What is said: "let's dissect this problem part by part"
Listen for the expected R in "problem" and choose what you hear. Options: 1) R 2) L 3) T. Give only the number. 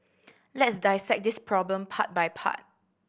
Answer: 1